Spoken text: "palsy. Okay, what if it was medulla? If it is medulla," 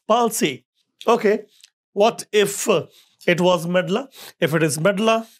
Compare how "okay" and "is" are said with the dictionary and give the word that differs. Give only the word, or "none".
none